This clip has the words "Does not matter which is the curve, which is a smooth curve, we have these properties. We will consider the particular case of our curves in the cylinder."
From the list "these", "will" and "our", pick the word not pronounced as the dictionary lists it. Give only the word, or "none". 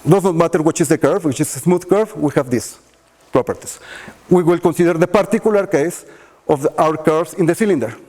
these